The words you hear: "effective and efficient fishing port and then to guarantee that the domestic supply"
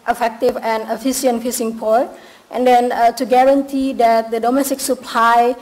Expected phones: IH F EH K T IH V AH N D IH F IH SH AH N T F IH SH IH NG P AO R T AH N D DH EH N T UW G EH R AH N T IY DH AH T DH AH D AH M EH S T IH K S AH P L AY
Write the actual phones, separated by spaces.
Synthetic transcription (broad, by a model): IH F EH K T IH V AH N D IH F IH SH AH N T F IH S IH NG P AO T T AH N D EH N T UW G EH R AH N T IY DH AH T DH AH D AH M EH S T IH K S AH P L AY